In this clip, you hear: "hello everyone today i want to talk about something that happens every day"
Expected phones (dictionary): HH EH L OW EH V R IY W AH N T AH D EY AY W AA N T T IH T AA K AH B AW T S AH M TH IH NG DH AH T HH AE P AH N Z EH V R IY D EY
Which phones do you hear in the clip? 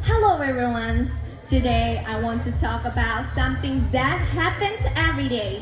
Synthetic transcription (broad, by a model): HH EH L OW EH R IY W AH N T AH D EY AY W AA N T T IH T AA K AH B AW T S AH M TH IH NG DH AH T HH AE P AH N Z EH V R IY D EY